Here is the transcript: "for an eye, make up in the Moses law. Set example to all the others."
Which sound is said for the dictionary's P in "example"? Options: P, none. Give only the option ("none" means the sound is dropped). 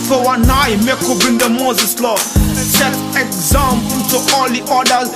none